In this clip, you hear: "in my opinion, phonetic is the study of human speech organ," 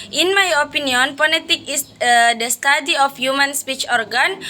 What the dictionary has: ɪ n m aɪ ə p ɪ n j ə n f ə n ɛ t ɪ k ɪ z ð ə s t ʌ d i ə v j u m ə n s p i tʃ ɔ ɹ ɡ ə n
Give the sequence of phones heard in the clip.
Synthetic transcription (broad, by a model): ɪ n m aɪ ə p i n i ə n p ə l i t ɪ k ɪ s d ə s t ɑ d i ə f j u m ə n s p i tʃ ɔ ɹ ɡ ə n